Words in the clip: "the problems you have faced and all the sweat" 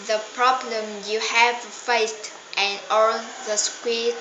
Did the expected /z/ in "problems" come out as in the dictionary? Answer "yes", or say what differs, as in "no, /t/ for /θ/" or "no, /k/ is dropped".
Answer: no, /z/ is dropped